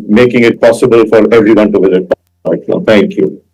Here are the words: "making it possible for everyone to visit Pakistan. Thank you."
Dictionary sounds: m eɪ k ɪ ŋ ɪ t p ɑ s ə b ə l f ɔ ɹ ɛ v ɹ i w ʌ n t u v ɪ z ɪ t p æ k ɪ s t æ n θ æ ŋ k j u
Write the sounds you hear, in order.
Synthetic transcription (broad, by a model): m eɪ k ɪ ŋ ɪ t p ɑ s ə b ə l f ɔ ɹ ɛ v ɹ i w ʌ n t u v ɪ z ɪ t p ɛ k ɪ t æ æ ŋ k j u